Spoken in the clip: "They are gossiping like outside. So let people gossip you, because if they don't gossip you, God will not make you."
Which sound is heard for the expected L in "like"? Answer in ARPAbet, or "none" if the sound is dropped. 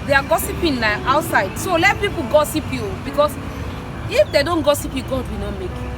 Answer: N